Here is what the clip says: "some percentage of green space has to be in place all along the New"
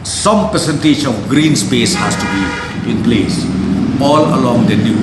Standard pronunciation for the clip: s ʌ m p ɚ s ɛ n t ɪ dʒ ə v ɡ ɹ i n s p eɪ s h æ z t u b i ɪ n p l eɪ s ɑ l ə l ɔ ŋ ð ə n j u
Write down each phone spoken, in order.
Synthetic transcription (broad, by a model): s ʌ m p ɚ s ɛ n t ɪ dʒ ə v ɡ ɹ i n s p eɪ s h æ s t u b i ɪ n p l eɪ s ɑ l ə l ɔ ŋ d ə n j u